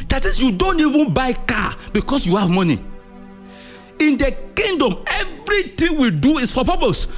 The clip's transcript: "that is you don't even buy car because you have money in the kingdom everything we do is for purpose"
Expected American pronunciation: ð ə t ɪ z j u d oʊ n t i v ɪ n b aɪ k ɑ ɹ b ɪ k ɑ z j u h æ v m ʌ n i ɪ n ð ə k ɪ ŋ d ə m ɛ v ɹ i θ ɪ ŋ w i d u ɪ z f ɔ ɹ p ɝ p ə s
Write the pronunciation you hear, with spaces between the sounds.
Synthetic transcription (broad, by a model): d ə t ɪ s j u d oʊ n t i v ɪ n b aɪ k ɑ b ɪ k ɑ s j u h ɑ v m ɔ n i ɪ n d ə k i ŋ d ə m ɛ v ɹ i t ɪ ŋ w i d u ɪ s f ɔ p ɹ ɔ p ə s